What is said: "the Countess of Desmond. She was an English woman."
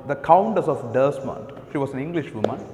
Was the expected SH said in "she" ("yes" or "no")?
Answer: yes